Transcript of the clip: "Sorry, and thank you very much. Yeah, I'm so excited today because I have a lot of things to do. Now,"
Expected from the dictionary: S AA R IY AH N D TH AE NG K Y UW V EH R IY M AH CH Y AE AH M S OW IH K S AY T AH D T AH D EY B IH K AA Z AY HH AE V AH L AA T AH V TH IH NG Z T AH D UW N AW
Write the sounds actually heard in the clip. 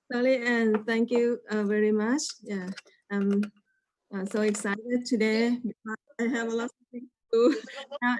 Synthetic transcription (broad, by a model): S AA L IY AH N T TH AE NG K Y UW V EH R IY M AH CH Y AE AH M S OW IH K S AY T AH D T AH D EY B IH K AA AY HH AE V AH L AA T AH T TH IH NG T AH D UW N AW